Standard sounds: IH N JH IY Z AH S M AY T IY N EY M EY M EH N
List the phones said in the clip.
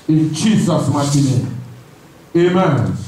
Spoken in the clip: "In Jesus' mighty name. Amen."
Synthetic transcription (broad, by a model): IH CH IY S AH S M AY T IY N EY EY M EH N